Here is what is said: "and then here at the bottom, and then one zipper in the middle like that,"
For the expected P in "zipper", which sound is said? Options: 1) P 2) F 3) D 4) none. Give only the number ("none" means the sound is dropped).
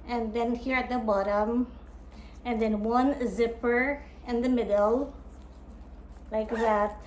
1